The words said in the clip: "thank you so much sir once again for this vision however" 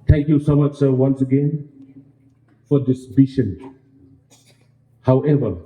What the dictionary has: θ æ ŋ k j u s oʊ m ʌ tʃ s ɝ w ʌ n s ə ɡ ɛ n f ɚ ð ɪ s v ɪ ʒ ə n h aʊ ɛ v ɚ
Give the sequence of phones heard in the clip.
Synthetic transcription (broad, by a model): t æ ŋ k j u s oʊ m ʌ tʃ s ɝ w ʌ n s ə ɡ ɛ n f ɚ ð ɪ s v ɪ ʃ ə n h aʊ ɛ v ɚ